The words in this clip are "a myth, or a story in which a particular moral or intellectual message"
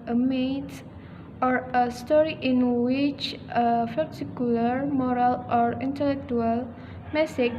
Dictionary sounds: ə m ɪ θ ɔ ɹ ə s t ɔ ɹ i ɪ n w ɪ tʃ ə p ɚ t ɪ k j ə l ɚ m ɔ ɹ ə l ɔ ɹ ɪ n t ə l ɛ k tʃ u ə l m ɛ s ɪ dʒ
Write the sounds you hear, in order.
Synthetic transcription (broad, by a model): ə m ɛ t ɔ ɹ ə s t ɔ ɹ i ɪ n w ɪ tʃ ə f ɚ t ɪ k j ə l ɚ m ɔ ɹ ə l ɔ ɹ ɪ n t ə l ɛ k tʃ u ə l m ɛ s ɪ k